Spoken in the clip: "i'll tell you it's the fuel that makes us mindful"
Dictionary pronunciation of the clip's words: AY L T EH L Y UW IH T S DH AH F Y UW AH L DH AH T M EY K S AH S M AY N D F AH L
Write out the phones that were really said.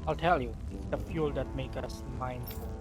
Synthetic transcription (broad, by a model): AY L T EH L Y UW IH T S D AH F Y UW L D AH T M EY K AH S M AY N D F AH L